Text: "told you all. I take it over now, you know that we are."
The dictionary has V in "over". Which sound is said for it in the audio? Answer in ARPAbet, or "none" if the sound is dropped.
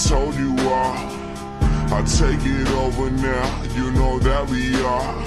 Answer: V